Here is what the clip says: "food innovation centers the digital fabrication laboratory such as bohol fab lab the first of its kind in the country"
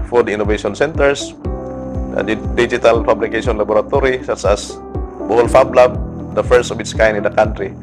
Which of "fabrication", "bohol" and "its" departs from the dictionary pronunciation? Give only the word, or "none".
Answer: fabrication